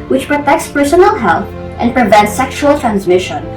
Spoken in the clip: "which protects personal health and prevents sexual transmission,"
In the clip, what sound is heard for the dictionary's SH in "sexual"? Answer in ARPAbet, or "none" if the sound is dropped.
SH